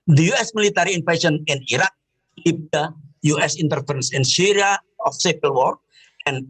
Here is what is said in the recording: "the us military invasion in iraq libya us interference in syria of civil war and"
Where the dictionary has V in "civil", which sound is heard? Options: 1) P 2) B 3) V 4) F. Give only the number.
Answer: 1